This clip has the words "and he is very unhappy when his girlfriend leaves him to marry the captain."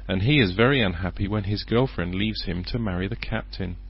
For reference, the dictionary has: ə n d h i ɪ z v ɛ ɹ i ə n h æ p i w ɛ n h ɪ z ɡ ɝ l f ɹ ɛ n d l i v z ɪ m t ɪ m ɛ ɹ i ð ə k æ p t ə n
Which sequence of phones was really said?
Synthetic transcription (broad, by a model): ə n i ɪ z v ɛ ɹ i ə n h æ p i w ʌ n ɪ z ɡ ɝ l f ɹ ɛ n d l i v z ɪ m t ɪ m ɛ ɹ i ð ə k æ p t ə n